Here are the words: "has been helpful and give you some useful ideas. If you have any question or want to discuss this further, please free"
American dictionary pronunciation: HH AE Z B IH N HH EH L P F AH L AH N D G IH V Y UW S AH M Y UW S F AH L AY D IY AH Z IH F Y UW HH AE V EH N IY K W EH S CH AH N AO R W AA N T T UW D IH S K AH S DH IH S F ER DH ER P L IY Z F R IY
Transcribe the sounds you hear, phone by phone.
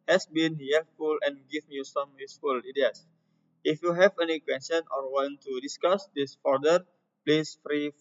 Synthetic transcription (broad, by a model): HH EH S B IH N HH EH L F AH L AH N G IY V Y UW S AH M Y UW S F AH L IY D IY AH S IH F Y UW HH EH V EH N IY K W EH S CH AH N AO R W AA N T T UW D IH S K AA S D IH S F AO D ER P L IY S F R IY